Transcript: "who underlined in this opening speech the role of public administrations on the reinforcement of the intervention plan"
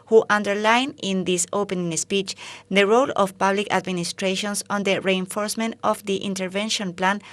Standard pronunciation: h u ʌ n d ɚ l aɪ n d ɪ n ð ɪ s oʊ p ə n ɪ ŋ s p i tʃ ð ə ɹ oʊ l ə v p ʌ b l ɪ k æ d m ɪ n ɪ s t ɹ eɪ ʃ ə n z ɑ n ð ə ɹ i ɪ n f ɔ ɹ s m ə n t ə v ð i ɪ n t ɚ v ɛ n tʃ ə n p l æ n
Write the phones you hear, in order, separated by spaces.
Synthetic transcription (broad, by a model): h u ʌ n d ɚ l aɪ n ɪ n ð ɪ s oʊ p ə n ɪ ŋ s p i tʃ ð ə ɹ oʊ l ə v p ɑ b l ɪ k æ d m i n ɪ s t ɹ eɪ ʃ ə n s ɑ n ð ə ɹ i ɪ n f ɔ ɹ s m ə n t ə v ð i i n t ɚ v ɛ n ʃ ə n p l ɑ n